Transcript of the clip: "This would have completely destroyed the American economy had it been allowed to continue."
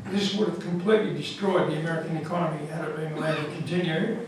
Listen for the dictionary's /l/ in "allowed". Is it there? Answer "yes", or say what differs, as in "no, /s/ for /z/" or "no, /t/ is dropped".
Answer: no, /l/ is dropped